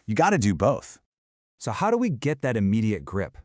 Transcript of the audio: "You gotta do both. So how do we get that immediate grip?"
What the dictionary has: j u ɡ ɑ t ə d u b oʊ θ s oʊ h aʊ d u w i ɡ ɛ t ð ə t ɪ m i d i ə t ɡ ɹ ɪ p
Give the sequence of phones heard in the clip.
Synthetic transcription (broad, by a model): j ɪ ɡ ɑ t ə d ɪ b oʊ θ s oʊ h aʊ d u w i ɡ ɛ t ð ə t ɪ m i d i ə t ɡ ɹ ɪ p